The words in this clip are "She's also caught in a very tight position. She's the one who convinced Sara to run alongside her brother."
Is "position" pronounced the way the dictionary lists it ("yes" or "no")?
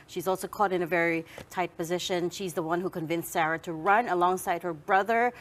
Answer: yes